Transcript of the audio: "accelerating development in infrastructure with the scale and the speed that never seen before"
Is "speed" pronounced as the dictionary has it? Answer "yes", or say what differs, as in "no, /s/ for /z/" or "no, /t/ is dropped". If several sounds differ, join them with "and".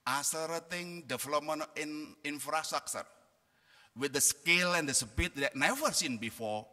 no, /b/ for /p/